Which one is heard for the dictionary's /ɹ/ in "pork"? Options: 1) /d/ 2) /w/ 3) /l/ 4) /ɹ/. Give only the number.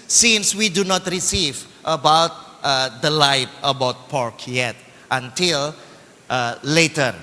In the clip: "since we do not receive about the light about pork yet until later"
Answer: 4